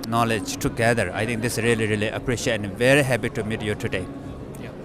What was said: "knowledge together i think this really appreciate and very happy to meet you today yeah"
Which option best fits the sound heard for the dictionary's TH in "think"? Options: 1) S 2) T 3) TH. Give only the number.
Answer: 2